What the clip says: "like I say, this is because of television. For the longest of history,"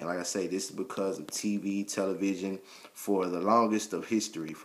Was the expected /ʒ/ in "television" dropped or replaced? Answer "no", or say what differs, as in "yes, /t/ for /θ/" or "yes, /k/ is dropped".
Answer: no